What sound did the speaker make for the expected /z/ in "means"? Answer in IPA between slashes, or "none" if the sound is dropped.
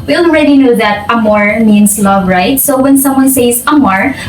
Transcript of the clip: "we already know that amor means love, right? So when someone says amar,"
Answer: /s/